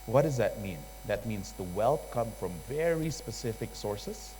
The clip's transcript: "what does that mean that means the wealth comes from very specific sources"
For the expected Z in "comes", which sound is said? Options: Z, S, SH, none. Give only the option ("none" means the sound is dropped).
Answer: none